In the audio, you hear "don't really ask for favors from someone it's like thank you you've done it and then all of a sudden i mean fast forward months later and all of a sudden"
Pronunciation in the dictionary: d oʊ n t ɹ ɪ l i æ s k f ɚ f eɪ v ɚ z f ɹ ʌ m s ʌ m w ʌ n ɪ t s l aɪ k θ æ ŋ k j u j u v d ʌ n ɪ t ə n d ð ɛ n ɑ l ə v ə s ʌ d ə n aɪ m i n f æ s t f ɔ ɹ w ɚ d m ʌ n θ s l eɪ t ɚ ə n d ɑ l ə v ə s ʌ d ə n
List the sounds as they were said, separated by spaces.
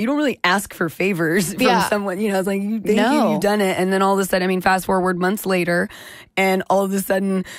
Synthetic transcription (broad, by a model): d oʊ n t ɹ ɪ l i æ s k f ɚ f eɪ v ɚ z f ɹ ʌ m s ʌ m w ʌ n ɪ t s l aɪ k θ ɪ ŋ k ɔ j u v d ʌ n ɪ t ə n ð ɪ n ɑ l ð ə s ʌ d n aɪ m i n f æ s t f ɔ ɹ w ɚ d m ʌ n θ s l eɪ t ɚ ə n ɑ l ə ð ə s ʌ d n